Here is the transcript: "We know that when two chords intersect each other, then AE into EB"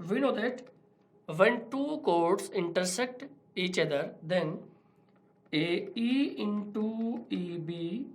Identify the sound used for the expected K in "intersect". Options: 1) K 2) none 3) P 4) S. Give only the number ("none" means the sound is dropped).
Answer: 1